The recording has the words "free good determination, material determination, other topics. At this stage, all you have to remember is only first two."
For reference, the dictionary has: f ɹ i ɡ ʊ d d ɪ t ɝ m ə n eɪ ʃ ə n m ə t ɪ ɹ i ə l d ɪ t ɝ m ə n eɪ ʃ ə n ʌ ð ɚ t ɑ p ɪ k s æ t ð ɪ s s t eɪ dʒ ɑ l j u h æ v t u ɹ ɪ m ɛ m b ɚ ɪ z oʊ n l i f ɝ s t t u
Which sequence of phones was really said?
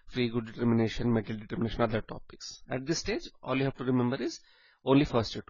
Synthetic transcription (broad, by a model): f ɹ i ɡ ʊ d d ɪ t ɝ m ə n eɪ ʃ ə n m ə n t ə l d ɪ t ɝ m ə n eɪ ʃ ə n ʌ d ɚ t ɑ p ɪ k s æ t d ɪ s s t eɪ dʒ ɑ l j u h æ v t u ɹ ɪ m ɛ m b ɚ ɪ z oʊ n l i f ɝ s t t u